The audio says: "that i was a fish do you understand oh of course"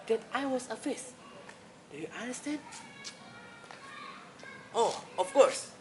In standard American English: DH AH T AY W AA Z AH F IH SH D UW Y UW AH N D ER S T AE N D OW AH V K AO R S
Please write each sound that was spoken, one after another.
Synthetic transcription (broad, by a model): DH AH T AY W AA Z AH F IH S D UW Y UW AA N D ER S T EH N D OW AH F K AO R S